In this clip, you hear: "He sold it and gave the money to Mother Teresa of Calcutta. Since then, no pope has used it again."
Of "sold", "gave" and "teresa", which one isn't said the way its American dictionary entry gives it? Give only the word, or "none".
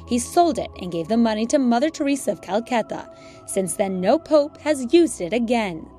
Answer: none